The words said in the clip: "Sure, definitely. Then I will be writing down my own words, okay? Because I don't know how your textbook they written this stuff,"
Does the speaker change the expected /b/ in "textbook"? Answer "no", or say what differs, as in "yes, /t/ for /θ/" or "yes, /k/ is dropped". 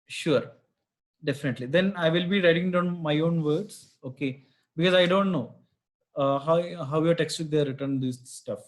yes, /b/ is dropped